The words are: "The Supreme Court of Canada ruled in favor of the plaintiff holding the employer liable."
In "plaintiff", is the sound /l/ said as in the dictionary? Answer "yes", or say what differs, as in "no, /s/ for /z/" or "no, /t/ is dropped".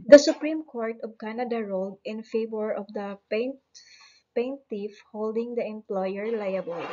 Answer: no, /n/ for /l/